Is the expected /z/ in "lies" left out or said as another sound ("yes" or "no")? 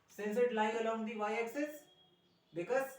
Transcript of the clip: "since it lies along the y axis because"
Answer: yes